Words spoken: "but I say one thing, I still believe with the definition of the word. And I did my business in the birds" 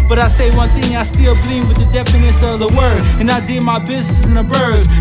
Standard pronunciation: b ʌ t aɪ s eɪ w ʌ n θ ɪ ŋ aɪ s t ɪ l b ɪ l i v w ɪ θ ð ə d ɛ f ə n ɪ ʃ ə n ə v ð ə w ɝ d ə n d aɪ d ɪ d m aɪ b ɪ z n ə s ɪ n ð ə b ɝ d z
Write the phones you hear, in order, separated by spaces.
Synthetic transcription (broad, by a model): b ʌ t aɪ s eɪ w ʌ n θ ɪ ŋ aɪ s t ɪ l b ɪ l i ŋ w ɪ ð ə d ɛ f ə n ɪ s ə ə v ð ə w ɝ d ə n aɪ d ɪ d m aɪ b ɪ z n ə s ɪ n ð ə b ɝ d